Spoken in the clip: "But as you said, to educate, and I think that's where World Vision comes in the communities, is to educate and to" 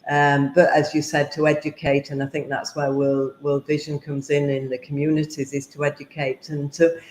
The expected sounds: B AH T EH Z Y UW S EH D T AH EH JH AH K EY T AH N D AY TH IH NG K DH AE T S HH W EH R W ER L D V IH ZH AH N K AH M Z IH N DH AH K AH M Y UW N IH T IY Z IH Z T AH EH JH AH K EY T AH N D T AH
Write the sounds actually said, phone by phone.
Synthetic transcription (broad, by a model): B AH T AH Z Y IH S EH D T AH EH JH AH K EY T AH N AY TH IH NG K DH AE T S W W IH L W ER L V IH ZH AH N K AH M Z IH N DH AH K AH M Y UW N IH T IY Z IH Z T AH EH JH AH K EY T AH N T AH